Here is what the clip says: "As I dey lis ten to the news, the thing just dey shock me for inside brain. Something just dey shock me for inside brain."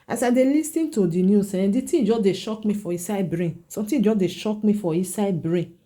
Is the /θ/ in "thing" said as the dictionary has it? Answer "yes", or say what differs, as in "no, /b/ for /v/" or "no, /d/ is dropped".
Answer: no, /t/ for /θ/